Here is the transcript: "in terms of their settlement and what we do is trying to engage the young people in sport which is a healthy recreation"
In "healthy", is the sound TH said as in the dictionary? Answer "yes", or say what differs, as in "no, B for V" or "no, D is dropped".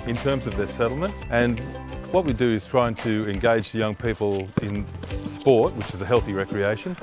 yes